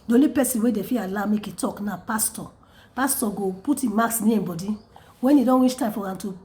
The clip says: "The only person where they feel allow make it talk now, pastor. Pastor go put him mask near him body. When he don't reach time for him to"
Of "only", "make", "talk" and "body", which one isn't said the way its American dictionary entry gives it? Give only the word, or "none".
only